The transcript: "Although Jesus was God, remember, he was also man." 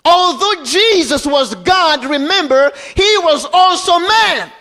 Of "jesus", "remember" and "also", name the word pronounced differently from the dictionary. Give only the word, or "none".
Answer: none